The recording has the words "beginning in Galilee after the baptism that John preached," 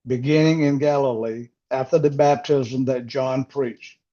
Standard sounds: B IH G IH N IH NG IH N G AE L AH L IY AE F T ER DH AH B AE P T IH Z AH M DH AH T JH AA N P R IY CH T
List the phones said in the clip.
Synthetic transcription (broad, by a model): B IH G IH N IH NG IH N G AE L AH L IY AE F T ER DH AH B AE P T IH Z AH M DH AH T JH AA N P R IY CH T